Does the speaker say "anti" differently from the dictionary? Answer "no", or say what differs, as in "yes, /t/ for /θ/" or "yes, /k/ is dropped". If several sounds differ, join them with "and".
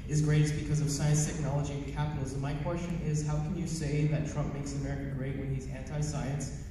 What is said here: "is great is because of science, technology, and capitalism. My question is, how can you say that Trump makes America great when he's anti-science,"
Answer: no